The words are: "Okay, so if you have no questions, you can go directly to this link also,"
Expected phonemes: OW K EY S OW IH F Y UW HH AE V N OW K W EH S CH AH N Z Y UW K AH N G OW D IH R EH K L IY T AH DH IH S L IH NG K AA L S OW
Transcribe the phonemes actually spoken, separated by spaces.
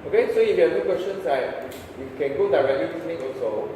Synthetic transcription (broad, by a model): OW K EY S OW IH F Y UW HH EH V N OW K W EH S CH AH N S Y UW K AH N G OW D IH R EH K L IY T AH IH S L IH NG AA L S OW